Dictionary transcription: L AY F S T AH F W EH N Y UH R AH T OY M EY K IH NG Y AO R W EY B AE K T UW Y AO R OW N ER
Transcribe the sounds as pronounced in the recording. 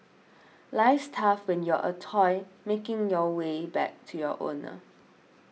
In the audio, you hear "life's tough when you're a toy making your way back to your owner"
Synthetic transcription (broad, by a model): L AY S T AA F W EH N Y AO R AH T OY M EY K IH NG Y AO W EY B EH K T UW Y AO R OW N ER